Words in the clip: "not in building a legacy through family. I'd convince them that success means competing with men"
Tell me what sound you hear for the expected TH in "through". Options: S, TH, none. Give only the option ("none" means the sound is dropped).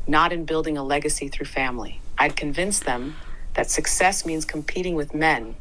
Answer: TH